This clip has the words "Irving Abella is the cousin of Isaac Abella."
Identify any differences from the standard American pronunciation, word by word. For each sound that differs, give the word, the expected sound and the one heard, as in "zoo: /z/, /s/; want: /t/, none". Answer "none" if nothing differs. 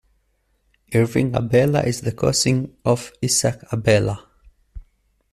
cousin: /z/, /s/